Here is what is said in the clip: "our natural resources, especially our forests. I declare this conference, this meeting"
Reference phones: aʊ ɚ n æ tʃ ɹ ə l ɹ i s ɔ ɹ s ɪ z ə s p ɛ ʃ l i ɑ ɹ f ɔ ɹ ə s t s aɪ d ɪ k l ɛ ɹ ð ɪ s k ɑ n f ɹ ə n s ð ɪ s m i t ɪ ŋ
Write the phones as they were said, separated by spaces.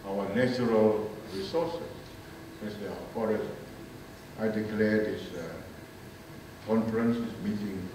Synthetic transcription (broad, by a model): aʊ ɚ n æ tʃ ɹ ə l ɹ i s ɔ s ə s ɛ s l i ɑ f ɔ ɹ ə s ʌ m aɪ d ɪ k l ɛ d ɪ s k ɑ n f ɹ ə n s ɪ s m i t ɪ ŋ